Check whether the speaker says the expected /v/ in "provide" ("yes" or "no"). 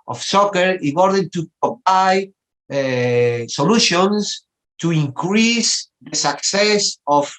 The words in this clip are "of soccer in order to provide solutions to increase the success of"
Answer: no